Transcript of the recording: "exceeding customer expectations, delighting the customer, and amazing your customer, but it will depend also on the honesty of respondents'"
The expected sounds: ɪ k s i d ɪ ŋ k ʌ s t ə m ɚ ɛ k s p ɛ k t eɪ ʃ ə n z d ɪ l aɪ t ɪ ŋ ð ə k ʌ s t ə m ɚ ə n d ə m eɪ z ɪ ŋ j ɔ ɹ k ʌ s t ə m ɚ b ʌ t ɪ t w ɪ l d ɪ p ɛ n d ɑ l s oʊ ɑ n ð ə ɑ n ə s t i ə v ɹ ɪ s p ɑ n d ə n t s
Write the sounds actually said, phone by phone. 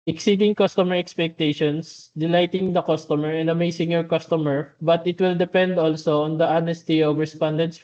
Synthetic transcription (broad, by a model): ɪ k s i d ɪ ŋ k ʌ s t ə m ɚ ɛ k s p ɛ k t eɪ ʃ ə n s d ɪ l aɪ t ɪ ŋ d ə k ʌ s t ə m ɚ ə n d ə m eɪ s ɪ ŋ j ɔ ɹ k ʌ s t ə m ɚ b ʌ t ɪ t w ɪ l d ɪ p ɛ n d ɑ l s oʊ ɑ n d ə ɑ n ə s t i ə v ɹ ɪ s p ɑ n d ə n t s